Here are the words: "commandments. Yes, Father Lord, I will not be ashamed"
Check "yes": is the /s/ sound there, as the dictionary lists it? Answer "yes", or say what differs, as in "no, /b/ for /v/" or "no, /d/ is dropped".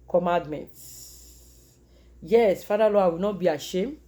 yes